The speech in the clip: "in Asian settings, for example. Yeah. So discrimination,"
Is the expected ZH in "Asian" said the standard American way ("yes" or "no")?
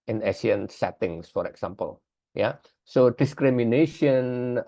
no